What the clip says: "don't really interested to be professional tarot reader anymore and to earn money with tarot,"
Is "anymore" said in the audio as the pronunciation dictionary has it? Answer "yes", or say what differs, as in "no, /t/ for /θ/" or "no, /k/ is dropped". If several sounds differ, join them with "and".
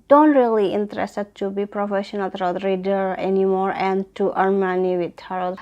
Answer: yes